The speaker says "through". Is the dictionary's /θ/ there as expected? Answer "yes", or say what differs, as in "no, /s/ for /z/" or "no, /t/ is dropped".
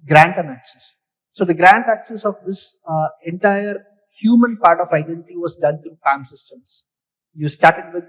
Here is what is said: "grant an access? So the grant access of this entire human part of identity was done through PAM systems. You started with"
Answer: no, /t/ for /θ/